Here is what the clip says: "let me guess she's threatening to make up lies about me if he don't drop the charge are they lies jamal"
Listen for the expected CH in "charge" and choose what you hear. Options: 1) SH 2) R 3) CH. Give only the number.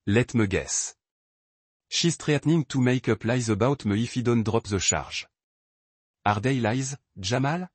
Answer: 1